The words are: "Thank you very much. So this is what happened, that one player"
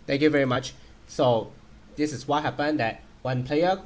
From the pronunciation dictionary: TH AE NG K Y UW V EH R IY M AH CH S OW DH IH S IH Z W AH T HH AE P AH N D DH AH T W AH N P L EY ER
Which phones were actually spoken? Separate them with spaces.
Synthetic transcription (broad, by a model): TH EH NG K Y UW V EH R IY M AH CH S OW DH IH S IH S W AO T HH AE P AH N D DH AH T W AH N P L EY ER